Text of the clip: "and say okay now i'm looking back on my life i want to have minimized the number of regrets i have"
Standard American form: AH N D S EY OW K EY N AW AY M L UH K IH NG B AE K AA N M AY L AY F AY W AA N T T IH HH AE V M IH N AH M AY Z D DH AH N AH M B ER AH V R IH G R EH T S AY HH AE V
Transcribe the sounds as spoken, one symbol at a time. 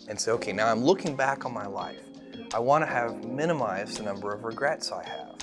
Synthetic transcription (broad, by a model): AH N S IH OW K EY N AW AY M L UH K IH NG B AE K N M AY L AY F AY W AA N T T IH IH V M IH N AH M AY Z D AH N AH M B ER AH V R IH G R EH T S AY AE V